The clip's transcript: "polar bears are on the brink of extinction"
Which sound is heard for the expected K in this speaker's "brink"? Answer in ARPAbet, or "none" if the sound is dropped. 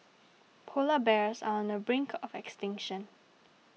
K